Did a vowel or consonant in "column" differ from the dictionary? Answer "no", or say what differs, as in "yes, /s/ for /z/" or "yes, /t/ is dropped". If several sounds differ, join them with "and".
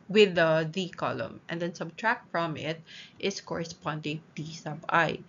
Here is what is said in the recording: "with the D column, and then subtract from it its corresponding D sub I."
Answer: no